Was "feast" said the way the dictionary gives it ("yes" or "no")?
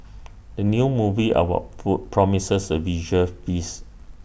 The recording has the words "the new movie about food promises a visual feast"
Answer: no